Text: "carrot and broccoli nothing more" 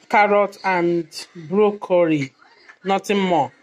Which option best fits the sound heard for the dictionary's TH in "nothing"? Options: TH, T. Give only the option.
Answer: T